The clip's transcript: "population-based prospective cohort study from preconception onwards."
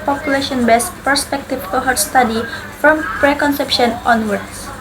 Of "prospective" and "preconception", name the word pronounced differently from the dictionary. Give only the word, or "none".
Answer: prospective